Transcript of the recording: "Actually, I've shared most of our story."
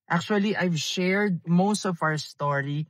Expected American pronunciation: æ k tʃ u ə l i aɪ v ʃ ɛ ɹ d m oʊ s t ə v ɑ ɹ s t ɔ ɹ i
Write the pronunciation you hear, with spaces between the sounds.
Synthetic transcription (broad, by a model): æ k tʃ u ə l i aɪ v ʃ ɛ ɹ d m oʊ s t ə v ɑ ɹ s t ɔ ɹ i